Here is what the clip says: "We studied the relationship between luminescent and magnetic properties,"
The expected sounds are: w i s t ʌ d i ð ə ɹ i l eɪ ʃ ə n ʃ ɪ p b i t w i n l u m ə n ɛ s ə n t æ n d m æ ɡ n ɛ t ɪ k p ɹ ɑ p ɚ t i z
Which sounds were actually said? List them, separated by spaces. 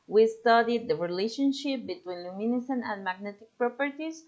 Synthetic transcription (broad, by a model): w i s t ʌ d i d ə ɹ i l eɪ ʃ ə n ʃ ɪ p b i t w i n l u m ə n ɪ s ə n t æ n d m æ ɡ n ɛ t ɪ k p ɹ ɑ p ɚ t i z